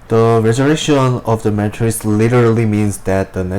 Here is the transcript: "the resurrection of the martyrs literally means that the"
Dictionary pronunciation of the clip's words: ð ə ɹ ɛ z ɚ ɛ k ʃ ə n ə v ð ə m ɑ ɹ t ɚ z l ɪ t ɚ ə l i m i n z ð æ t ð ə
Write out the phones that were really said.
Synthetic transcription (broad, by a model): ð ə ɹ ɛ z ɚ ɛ ʃ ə n ə v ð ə m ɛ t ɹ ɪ s l ɪ t ɚ ə l i m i n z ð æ t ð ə